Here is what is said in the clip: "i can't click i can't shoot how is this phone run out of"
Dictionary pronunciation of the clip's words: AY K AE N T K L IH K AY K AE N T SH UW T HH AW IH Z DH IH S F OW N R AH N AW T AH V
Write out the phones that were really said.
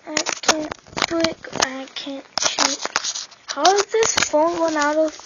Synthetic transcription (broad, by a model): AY K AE N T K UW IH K AY K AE N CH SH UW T HH AW IH Z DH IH S F OW N W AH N AW T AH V